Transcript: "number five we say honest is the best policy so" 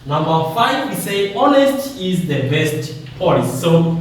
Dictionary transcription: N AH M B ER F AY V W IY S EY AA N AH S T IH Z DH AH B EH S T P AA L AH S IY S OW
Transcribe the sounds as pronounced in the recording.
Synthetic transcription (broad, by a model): N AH M B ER F AY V W IY S EY AA N AH S T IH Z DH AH B EH S T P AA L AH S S OW